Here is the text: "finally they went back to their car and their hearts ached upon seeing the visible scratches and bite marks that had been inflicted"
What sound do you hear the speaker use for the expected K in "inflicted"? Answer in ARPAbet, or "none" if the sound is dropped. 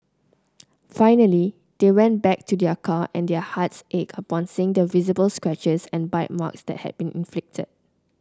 K